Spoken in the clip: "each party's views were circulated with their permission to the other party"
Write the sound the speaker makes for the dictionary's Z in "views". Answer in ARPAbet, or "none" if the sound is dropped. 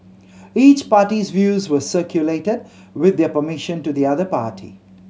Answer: Z